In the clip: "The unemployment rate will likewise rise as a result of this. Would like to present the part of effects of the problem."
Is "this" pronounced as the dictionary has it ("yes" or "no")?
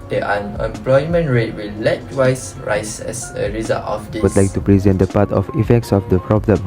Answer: no